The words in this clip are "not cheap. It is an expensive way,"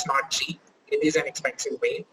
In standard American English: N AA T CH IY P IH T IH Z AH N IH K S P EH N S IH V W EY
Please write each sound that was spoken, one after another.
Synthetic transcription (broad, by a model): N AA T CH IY IH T IH Z AH N IH K S P EH N S IH V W EY